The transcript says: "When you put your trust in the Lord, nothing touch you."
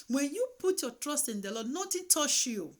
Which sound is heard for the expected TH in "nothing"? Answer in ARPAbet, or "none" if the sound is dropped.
T